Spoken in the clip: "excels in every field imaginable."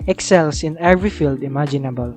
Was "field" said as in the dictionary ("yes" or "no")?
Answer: yes